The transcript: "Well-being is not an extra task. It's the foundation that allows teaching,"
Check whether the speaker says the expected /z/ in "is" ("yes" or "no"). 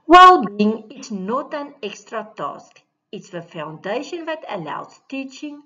no